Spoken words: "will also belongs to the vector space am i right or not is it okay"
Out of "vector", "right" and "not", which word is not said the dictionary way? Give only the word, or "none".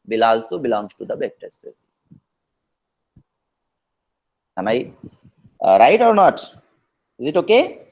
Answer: vector